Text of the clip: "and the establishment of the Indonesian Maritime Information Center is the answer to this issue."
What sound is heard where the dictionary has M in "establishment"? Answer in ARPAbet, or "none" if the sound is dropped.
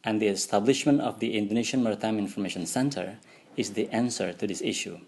M